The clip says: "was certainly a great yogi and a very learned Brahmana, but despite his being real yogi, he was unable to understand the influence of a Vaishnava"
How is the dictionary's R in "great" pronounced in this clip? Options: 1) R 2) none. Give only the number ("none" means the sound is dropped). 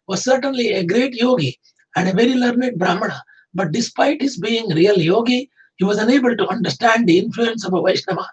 1